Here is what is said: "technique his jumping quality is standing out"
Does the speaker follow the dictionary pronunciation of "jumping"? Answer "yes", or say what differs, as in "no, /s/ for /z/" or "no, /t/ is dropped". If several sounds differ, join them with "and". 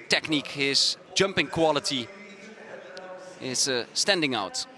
yes